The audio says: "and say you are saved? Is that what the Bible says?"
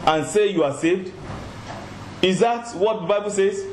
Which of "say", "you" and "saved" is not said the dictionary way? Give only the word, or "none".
none